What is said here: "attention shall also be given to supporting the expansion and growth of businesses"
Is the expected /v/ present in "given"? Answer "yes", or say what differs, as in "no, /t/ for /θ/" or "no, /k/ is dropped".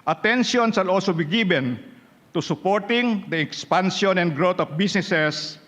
no, /b/ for /v/